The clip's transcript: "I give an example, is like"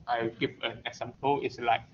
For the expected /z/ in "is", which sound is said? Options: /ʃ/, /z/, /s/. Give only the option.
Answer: /s/